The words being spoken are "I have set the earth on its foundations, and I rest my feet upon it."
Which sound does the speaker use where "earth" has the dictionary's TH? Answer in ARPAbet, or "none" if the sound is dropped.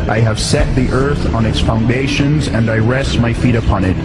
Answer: TH